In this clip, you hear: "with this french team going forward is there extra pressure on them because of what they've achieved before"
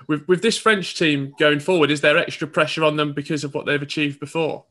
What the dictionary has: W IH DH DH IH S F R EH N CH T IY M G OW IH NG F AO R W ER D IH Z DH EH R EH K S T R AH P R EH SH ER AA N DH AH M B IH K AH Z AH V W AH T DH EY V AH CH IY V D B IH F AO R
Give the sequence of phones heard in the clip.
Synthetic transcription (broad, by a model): W IH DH DH IH S F R EH N CH T IY M G OW IH NG F AO W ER D IH Z DH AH R EH K S T R AH P R EH SH ER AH N DH AH M B IH K AH Z AH V W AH T DH EY V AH CH IY V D B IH F AO